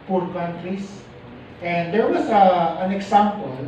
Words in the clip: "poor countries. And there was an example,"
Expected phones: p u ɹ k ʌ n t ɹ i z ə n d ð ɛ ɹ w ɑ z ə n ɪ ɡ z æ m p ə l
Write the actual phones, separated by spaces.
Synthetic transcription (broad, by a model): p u ɹ k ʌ n t ɹ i s ə n d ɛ ɹ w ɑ s ə n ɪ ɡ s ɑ m p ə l